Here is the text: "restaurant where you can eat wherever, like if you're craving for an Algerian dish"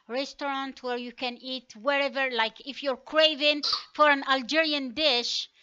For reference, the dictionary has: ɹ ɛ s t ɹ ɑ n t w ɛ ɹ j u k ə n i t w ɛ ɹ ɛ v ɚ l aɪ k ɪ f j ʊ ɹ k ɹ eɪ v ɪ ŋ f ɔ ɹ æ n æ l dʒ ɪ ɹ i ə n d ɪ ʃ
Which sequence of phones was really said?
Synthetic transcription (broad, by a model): ɹ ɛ s t ɹ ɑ n t w ɛ ɹ j u k ə n i t w ɛ ɹ ɛ v ɚ l aɪ k ɪ f j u ɹ k ɹ eɪ v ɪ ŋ f ɔ ɹ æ n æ l dʒ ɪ ɹ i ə n d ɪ ʃ